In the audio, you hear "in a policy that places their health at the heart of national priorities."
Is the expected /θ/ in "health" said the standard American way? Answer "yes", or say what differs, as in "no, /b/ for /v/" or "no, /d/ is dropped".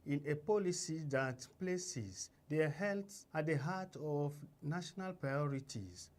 no, /s/ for /θ/